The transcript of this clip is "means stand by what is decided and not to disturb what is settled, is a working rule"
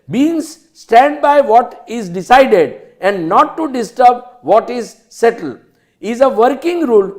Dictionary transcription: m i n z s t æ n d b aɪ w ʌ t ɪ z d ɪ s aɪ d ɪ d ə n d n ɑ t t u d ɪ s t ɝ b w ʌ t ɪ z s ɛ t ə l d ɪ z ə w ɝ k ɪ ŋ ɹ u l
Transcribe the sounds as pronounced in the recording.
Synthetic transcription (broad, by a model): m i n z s t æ n d b aɪ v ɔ t ɪ z d ɪ s aɪ d ɪ d ə n d n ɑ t t u d ɪ s t ɝ b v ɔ t ɪ z s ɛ t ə l ɪ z ə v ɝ k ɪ ŋ ɹ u l